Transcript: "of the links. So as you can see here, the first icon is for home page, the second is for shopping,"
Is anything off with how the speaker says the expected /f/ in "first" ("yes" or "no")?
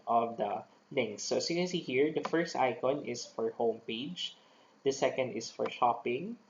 no